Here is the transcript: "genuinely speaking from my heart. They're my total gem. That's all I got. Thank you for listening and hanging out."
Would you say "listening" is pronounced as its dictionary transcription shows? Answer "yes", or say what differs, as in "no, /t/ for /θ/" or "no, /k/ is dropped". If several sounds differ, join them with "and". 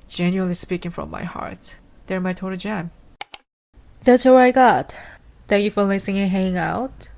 no, /n/ is dropped